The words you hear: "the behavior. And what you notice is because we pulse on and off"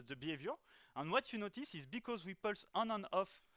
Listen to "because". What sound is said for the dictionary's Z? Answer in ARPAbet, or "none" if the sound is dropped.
Z